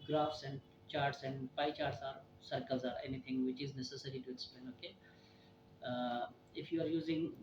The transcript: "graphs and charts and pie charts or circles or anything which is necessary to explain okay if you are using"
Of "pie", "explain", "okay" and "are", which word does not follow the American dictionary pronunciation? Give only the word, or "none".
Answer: explain